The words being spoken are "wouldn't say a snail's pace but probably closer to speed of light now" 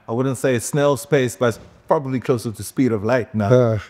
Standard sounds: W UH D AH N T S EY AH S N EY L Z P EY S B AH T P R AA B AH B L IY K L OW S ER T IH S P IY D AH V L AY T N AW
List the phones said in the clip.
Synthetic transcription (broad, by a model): W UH D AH N T S EY AH S N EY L S P EY S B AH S P R AA B AH B L IY K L OW S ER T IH S P IY D AH V L AY T N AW